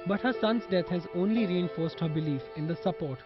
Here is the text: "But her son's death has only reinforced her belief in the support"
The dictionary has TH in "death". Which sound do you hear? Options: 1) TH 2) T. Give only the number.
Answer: 2